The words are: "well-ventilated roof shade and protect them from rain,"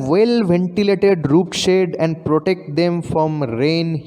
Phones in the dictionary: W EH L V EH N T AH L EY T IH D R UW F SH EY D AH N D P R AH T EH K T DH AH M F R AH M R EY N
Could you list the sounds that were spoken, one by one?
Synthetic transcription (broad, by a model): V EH L V EH N T AH L EY T IH D R UW P SH EY D AH N D P R AH T EH K T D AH M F R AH M R EY N